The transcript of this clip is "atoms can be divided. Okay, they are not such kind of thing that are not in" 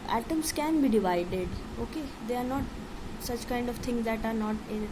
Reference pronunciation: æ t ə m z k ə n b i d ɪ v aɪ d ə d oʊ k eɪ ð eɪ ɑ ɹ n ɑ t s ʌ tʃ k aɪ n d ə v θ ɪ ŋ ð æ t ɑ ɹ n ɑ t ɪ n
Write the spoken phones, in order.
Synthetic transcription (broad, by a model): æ t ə m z k ə n b i d ɪ v aɪ d ə d oʊ k eɪ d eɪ ɑ ɹ n ɑ t s ʌ tʃ k aɪ n d ə v t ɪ ŋ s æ t ɑ ɹ n ɑ t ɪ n